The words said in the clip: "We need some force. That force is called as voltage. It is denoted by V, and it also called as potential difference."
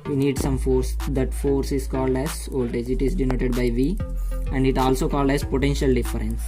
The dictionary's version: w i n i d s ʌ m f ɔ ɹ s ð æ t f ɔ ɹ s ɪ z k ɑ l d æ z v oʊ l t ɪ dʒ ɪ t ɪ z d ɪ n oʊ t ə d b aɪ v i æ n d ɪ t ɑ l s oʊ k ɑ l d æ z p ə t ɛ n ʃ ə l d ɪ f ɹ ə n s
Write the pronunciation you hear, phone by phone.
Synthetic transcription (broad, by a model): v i n i d s ʌ m f ɔ ɹ s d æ t f ɔ ɹ s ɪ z k ɑ l d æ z oʊ l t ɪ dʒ ɪ t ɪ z d ɪ n oʊ t ə d b aɪ v i æ n d ɪ t ɑ l s oʊ k ɑ l d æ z p ə t ɛ n ʃ ə l d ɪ f ɹ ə n s